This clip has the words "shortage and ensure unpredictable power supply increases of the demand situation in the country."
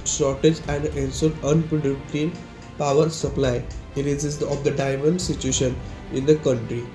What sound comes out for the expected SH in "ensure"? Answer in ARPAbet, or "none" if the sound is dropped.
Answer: S